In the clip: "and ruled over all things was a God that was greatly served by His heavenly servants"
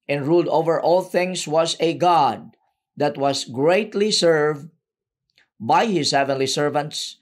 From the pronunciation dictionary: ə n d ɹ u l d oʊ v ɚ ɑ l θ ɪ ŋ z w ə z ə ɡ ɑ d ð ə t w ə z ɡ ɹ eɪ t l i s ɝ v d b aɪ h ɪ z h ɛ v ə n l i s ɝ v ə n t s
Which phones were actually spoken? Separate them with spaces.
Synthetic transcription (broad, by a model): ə n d ɹ u l d oʊ v ɚ ɑ l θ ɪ ŋ s w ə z ə ɡ ɑ d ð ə t w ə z ɡ ɹ eɪ t l i s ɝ v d b aɪ h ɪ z h ɛ v ə n l i s ɝ v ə n t s